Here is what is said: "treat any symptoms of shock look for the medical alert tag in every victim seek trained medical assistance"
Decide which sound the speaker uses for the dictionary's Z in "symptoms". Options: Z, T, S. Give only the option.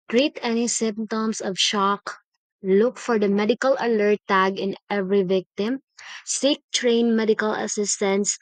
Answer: S